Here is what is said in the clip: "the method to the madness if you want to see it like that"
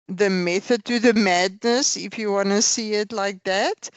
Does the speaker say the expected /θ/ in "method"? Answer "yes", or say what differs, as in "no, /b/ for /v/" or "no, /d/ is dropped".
yes